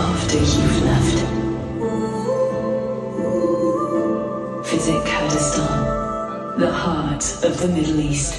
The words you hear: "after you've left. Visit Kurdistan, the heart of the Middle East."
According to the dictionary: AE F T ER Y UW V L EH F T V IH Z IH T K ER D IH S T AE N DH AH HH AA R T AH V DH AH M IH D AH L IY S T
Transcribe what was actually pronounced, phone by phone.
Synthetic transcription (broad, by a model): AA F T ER Y UW V L EH F T F IH Z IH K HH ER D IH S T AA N DH AH HH AA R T AH V DH AH M IH D L IY S T